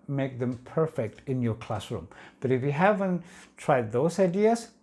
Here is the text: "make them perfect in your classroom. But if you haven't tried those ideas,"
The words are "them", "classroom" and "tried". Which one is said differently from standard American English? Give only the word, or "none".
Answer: none